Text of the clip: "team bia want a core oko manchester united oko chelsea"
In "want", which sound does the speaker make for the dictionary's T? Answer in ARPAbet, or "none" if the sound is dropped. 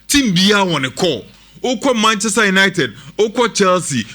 none